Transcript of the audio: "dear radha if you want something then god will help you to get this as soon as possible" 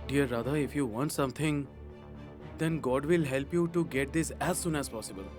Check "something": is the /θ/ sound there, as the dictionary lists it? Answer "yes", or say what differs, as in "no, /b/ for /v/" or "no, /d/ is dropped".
no, /t/ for /θ/